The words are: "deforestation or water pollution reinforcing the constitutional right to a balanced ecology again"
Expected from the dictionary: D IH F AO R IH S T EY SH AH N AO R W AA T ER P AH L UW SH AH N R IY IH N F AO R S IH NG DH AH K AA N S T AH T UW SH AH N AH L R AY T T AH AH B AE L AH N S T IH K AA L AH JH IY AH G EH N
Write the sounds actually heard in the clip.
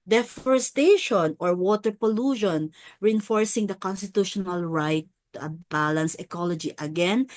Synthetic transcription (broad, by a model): D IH F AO R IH S T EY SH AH N AO R W AA T ER P AH L UW SH AH N R IY IH N F AO R S IH NG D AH K AA N S T AH T UW SH AH N AH L R AY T T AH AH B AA L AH N S IH K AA L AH JH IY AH G EH N